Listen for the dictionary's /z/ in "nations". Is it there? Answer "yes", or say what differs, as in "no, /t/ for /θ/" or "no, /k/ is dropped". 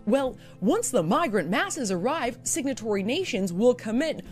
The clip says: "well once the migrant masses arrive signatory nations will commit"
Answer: yes